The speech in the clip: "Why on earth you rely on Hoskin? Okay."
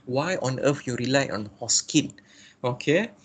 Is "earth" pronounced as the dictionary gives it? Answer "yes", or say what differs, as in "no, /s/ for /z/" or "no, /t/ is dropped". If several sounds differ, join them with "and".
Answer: no, /f/ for /θ/